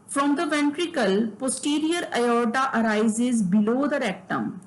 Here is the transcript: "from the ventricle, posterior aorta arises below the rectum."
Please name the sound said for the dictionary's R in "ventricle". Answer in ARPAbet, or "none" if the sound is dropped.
R